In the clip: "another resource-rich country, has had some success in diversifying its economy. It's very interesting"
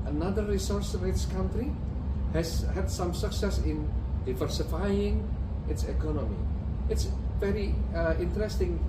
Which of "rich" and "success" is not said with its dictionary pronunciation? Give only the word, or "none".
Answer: rich